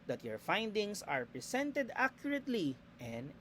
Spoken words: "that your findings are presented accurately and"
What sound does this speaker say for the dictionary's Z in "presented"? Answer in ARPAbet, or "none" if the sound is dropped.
S